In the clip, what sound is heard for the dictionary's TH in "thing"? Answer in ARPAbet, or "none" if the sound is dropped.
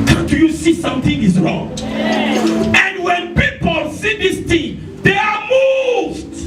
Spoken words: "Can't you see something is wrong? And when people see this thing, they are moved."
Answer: T